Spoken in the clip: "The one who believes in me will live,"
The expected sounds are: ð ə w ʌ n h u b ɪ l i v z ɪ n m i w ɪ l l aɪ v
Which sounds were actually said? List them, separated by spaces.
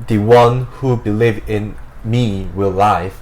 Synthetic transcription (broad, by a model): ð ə w ʌ n h u b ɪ l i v ɪ n m i w ɪ l l aɪ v